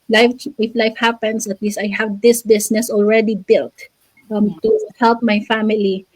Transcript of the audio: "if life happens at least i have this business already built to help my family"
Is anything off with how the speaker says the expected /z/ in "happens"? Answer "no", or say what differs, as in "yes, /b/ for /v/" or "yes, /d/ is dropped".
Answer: yes, /s/ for /z/